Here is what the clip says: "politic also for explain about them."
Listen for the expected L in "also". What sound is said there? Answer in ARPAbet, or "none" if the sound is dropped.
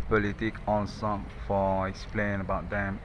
N